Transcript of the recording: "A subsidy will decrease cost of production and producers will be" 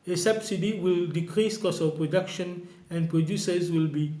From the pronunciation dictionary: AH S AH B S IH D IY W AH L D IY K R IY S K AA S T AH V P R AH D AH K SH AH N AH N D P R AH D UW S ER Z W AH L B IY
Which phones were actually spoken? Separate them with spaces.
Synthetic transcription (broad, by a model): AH S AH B S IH D IY W AH L D IY K R IY S K AA S AH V P R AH D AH K SH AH N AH N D P R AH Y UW S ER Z W AH L B IY